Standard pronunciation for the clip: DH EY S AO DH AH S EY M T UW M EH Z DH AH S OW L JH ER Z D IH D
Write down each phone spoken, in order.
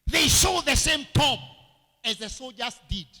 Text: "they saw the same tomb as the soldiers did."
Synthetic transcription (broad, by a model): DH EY SH AO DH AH S EY M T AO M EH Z DH AH S OW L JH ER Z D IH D